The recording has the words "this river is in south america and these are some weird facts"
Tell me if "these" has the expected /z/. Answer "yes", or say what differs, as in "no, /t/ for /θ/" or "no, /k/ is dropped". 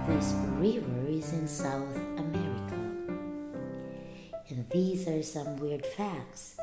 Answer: yes